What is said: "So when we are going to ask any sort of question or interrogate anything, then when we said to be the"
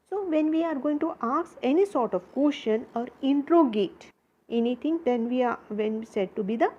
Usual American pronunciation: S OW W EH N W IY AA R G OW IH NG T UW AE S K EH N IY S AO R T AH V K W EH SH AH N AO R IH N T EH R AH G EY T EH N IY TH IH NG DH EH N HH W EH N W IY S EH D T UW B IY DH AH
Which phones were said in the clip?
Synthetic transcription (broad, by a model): S OW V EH N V IY AA R G OW IH NG T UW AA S EH N IY S AO R T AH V K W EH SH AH N AO R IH N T R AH G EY T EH N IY T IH NG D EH N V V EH N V IY S EH D T UW B IY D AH